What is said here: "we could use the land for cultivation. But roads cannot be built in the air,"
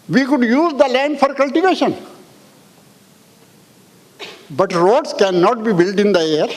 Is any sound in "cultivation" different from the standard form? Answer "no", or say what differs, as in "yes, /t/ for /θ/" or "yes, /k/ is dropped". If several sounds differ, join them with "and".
no